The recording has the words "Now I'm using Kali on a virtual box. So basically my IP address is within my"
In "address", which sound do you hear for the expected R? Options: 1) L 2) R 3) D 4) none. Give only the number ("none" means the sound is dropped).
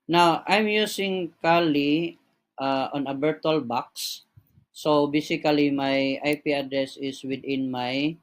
2